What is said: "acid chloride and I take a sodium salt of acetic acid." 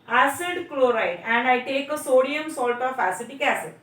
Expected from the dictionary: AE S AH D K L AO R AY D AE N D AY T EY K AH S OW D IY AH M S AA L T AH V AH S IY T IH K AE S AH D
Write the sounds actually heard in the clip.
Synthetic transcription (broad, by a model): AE S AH D K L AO R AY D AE N D AY T EY K AH S OW D IY AH M S AA L T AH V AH S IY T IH K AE S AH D